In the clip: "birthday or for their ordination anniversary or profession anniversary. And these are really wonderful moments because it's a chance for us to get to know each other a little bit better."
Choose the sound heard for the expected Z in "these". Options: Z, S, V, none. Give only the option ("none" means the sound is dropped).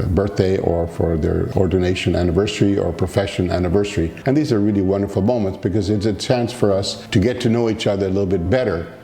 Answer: Z